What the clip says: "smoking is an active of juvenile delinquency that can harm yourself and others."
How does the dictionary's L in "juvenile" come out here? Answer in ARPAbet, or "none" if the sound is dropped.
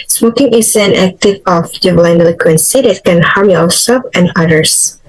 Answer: N